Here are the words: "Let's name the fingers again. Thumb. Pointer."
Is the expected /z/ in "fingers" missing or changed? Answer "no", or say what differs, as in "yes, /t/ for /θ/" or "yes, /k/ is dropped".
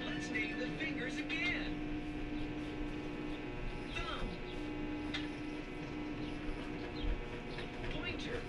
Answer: no